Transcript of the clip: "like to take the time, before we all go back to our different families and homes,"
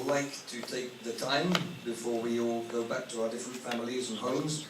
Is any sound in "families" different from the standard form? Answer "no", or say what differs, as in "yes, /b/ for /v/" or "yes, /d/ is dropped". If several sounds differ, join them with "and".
no